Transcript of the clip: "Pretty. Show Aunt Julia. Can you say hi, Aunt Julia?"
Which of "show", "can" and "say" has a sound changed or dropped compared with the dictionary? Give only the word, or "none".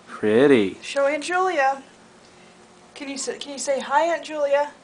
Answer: none